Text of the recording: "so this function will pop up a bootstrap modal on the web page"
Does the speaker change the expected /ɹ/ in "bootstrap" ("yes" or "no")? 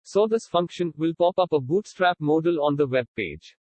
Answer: no